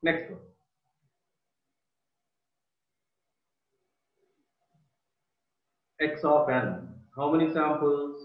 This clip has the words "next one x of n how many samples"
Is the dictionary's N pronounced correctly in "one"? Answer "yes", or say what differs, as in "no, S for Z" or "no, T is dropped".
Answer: no, N is dropped